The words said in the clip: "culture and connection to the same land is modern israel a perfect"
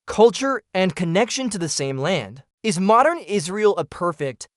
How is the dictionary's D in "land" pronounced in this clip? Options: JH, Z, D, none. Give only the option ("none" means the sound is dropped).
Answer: D